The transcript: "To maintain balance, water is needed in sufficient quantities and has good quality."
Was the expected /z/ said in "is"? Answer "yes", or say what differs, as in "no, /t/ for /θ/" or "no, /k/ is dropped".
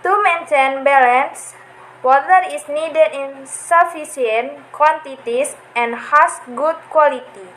no, /s/ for /z/